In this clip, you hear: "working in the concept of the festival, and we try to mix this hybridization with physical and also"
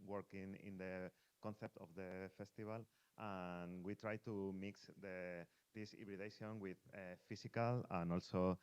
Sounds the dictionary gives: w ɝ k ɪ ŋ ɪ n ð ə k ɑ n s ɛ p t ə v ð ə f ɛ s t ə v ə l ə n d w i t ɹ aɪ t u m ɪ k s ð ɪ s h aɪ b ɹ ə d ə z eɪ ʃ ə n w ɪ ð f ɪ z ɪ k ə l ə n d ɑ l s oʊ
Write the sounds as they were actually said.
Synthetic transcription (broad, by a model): w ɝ k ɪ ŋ ɪ n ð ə k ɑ n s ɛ p t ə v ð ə f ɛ s t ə b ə l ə n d w i t ɹ aɪ t u m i k s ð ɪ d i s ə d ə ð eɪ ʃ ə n w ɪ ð f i s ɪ k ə l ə n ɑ l s oʊ